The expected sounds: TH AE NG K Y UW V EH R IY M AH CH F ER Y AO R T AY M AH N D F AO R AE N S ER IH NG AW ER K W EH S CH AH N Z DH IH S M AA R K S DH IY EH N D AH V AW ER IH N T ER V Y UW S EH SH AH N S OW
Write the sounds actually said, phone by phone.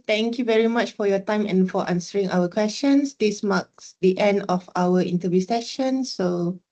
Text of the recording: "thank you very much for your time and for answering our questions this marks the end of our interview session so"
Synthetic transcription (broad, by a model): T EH NG K Y UW V EH R IY M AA CH F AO Y AO T AY M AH N F AO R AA N S ER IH NG AW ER K W EH S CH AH N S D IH S M AA K S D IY EH N D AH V AW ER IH N T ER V Y UW S EH SH AH N S OW